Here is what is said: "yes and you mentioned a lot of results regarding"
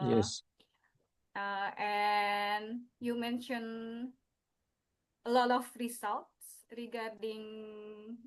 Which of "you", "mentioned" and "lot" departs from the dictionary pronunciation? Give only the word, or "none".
mentioned